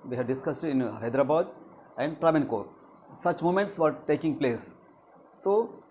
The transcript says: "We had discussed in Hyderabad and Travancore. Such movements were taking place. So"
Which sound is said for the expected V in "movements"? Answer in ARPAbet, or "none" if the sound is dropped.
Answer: none